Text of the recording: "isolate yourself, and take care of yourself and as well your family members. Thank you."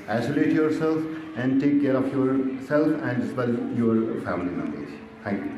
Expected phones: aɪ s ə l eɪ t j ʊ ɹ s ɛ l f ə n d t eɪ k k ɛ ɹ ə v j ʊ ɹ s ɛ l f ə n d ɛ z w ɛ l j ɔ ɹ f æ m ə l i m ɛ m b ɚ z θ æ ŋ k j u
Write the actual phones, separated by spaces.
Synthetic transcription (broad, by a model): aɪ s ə l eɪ t j ʊ ɹ s ɛ l f ə n d t eɪ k k ɛ ɹ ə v j ʊ ɹ s ɛ l f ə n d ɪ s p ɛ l j ɔ ɹ f æ m ə l i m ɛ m ɛ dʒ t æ ŋ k j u